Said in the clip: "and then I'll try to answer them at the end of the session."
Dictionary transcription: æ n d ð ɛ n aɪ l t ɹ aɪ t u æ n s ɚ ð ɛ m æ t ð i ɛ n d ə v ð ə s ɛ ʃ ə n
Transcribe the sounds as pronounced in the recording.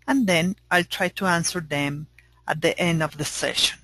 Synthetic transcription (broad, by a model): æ n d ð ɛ n aɪ l t ɹ aɪ t u æ n s ɚ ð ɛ m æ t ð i ɛ n d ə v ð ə s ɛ ʃ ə n